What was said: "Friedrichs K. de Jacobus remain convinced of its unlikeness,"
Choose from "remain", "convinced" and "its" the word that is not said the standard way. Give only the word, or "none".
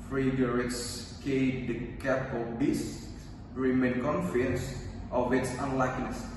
convinced